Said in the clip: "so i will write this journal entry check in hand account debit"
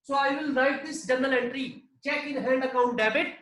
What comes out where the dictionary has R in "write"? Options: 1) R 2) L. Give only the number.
1